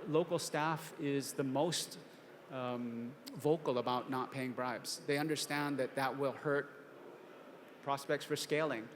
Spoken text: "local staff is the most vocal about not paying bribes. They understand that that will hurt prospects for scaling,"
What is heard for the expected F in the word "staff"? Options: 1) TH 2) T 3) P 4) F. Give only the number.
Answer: 4